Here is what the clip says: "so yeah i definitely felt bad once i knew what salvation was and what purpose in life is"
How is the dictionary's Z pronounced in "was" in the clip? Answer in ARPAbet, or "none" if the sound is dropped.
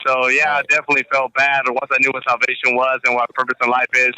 Z